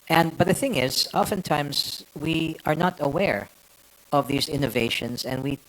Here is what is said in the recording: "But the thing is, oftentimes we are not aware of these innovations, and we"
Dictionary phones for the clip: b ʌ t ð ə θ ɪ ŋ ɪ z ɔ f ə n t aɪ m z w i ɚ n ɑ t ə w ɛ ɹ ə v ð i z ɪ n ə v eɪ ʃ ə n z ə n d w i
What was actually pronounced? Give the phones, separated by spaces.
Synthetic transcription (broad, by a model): b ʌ t ð ə θ ɪ ŋ ɪ z ɔ f ə n t aɪ m z w i ɚ n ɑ t ə w ɛ ɹ ə v ð i z ɪ n ə v eɪ ʃ ə n z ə n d w i